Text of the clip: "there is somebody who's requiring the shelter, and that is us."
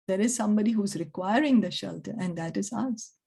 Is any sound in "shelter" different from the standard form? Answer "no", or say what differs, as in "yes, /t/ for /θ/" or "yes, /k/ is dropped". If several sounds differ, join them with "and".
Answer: no